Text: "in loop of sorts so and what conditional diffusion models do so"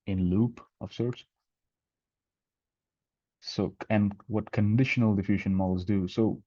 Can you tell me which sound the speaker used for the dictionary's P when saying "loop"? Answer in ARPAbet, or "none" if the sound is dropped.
P